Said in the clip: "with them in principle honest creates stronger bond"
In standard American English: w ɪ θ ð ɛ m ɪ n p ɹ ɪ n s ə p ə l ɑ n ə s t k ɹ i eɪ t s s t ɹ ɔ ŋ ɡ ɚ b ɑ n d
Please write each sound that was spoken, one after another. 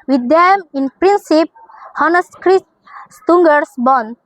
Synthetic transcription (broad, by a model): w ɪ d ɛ m ɪ n p ɹ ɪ n s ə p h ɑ n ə s k ɹ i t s s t ɔ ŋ ɡ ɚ b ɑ n